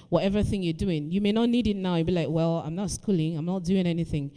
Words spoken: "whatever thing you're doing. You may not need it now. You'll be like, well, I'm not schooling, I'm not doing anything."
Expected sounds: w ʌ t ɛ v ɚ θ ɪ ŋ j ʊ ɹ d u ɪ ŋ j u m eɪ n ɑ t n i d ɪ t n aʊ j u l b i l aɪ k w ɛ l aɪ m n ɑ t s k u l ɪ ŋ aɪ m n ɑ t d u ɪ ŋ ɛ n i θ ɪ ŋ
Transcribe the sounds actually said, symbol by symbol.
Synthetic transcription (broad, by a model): w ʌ t ɛ v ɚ θ ɪ ŋ j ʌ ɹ d u ɪ ŋ j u m eɪ n ɑ t n i d ɪ t n aʊ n b i l aɪ k w ɛ l aɪ m n ɑ t s k u l ɪ ŋ aɪ m n ɑ t d u ɪ ŋ ɛ n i θ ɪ ŋ